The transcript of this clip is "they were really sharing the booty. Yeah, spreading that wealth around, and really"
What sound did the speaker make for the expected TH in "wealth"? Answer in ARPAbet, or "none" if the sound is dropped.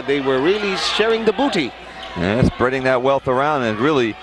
TH